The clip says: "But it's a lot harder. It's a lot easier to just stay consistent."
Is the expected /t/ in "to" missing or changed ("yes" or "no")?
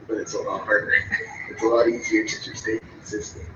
yes